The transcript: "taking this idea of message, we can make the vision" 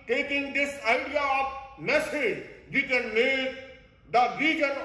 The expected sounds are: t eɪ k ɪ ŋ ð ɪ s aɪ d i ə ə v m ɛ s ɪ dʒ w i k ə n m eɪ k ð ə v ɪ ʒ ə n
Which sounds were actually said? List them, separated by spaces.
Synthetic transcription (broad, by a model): t eɪ k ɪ ŋ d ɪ s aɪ d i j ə p m ɛ s ɪ dʒ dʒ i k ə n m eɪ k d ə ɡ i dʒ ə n